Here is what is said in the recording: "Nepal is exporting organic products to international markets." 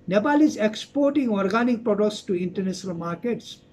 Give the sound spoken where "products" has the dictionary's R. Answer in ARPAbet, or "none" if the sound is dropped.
R